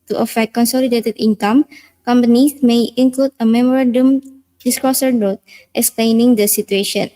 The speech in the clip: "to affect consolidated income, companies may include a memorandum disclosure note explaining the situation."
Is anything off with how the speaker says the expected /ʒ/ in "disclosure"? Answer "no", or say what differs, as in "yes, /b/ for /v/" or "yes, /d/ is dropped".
yes, /s/ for /ʒ/